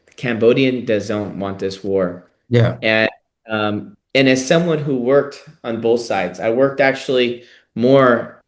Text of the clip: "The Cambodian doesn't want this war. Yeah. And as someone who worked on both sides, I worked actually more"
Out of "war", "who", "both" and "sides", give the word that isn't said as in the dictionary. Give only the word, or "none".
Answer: none